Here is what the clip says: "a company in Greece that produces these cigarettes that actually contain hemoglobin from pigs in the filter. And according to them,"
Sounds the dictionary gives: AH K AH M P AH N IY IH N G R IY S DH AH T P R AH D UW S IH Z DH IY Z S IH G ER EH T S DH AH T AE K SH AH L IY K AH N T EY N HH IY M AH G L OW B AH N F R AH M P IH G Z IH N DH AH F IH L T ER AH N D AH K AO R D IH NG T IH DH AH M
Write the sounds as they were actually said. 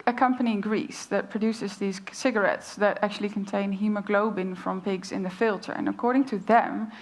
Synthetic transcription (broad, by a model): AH K AH M P AH N IY IH N G R IY S DH AH T P R AH D UW S IH Z DH IY Z S IH G ER EH T S DH AH T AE K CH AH L IY K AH N T EY N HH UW M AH G L OW B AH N F R AH M P IH G Z IH N DH AH F IH L T ER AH N AH K AO R D IH NG T IH DH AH M